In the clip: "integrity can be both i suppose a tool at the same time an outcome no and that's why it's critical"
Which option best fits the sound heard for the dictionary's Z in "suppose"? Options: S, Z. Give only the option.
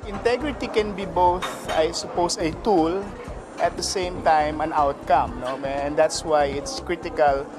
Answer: S